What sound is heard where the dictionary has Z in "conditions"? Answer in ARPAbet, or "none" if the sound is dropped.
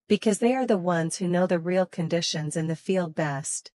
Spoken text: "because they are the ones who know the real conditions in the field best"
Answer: Z